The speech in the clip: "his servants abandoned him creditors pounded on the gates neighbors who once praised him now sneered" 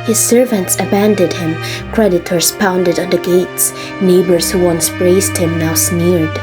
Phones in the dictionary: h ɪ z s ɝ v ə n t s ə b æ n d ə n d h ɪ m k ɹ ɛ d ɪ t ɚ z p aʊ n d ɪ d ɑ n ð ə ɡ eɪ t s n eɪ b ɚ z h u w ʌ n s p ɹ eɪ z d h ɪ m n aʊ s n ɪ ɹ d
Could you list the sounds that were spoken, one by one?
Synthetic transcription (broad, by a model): h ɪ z s ɝ v ə n t s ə b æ n d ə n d h ɪ m k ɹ ɛ d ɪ t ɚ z p aʊ n d ɪ d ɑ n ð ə ɡ eɪ t s n eɪ b ɚ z h u w ʌ n s b ɹ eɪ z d h ɪ m n aʊ s n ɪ ɹ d